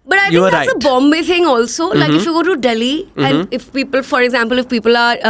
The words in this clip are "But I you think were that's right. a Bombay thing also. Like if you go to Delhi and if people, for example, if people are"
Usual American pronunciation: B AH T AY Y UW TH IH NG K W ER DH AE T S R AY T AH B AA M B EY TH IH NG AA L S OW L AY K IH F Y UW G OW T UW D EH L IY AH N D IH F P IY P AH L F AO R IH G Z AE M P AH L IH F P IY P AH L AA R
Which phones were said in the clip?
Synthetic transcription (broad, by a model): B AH T AY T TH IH K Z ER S AH B AA M B EY T IH NG AA L S OW L AY K IH F Y UW G OW T UW D EH L IY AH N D IH F P IY P AH L F AO R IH G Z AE M P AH L IH F P IY P AH L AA R